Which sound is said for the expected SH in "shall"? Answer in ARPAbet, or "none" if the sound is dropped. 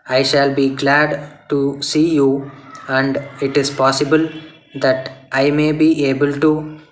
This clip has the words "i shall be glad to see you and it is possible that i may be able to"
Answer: SH